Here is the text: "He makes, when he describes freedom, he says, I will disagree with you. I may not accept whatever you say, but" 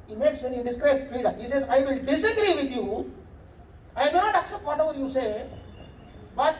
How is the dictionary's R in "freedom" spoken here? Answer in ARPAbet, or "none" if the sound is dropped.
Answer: none